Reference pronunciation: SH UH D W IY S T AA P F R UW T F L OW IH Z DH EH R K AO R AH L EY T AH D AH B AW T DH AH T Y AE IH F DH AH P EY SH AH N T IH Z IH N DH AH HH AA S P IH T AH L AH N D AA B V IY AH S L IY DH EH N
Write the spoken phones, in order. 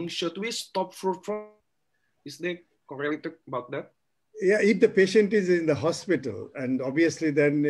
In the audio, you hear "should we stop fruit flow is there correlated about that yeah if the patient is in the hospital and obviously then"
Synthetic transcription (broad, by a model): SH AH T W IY S T AA P F R UW T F OW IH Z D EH K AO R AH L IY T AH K AH B AW T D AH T Y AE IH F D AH P EY SH AH N T IH Z IH N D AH HH AA S P IH T AH L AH N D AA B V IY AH S L IY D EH N